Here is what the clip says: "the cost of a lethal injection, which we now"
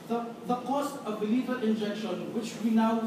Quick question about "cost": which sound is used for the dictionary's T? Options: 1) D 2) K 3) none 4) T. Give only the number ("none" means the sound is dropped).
4